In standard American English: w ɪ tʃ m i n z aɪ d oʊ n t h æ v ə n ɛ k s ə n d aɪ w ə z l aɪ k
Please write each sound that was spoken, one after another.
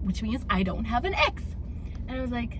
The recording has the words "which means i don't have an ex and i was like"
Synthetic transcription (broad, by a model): w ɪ tʃ m i n z aɪ d oʊ n t h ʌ v ə n ɛ k s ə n aɪ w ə z l aɪ k